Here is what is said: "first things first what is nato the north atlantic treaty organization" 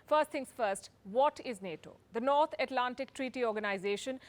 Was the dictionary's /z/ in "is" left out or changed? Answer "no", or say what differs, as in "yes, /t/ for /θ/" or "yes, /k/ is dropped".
no